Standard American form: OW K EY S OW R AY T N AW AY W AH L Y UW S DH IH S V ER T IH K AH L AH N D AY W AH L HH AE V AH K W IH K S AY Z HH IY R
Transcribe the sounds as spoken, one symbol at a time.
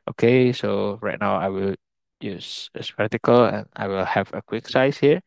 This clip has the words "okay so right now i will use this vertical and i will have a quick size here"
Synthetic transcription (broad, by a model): OW K EY S OW R AY T N AW AY W AH L Y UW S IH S P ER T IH K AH L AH N AY W AH L HH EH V AH K W IH K S AY S HH IY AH